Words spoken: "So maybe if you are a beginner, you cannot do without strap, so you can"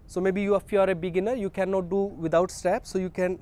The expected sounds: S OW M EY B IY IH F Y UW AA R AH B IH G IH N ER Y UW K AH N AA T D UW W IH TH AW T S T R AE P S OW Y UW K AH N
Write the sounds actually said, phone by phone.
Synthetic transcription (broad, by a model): S OW M EY B IY IH F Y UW AA R AH B IH G IH N ER Y UW K AH N AA T D UW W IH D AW T S T AE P S OW Y UW K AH N